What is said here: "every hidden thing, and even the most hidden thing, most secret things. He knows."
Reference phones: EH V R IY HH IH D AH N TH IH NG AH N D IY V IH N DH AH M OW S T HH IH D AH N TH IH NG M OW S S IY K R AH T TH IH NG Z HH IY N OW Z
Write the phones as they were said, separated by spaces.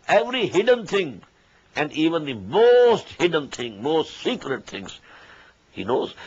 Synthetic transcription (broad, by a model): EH V R IY HH IH D AH N T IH NG AH N D IY V IH N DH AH M OW S T HH IH D AH N T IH NG M OW S S IY K R AH T T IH NG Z HH IY N OW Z